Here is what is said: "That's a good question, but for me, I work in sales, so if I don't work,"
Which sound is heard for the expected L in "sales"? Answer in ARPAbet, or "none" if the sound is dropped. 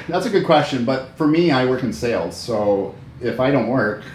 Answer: L